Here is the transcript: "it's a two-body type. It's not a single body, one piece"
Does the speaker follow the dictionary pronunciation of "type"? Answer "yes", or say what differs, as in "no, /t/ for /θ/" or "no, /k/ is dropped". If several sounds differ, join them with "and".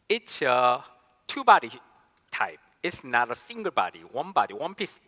yes